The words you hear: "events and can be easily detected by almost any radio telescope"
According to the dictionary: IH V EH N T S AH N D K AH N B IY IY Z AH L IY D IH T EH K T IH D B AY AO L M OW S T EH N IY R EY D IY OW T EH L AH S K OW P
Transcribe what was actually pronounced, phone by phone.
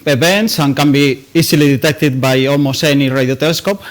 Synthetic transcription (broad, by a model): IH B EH N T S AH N K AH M B IY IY S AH L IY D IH T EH K T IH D B AY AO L M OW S EH N IY R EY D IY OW T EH L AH S K OW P